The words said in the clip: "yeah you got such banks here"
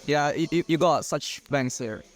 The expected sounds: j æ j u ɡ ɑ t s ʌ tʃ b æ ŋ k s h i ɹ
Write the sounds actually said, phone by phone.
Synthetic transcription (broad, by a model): j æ j u ɡ ɑ t s ʌ tʃ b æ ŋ s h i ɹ